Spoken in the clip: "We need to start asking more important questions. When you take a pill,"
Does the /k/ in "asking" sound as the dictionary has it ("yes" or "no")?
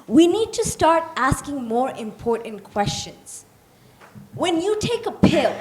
yes